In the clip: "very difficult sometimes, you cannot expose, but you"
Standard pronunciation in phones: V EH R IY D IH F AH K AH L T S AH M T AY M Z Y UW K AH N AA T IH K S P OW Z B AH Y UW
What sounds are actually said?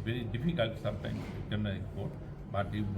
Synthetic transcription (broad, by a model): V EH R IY D IH F AH K AH L T S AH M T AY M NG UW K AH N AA IH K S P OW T B AH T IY